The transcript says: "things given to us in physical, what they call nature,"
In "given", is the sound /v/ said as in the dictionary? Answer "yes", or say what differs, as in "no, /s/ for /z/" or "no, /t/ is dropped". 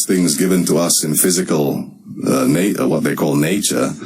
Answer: yes